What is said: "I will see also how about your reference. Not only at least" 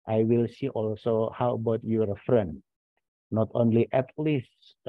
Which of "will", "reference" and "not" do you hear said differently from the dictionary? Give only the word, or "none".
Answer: reference